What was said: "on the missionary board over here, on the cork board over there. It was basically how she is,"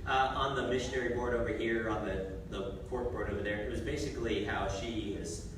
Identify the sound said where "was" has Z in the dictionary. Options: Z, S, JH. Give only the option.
Z